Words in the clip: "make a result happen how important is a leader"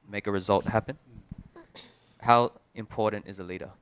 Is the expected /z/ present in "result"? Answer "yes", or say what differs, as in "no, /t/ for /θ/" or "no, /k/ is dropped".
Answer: yes